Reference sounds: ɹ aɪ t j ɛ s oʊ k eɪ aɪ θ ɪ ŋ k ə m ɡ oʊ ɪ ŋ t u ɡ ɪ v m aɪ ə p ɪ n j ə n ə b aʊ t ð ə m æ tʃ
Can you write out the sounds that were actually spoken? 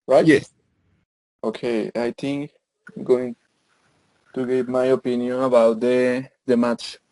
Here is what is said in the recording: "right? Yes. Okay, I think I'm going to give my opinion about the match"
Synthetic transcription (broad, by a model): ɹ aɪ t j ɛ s oʊ k eɪ aɪ t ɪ ŋ k ə m ɡ oʊ ɪ ŋ t u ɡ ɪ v m aɪ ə p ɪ n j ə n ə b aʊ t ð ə m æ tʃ